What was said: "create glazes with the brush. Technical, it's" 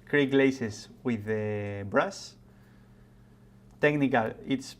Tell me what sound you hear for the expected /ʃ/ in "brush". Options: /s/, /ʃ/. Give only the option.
/s/